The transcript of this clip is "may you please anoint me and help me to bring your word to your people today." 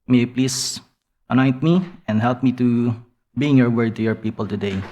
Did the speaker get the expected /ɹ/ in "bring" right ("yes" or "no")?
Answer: no